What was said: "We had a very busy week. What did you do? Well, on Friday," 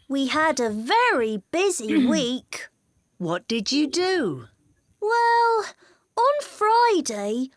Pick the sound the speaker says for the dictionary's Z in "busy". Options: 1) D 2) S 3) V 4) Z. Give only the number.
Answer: 4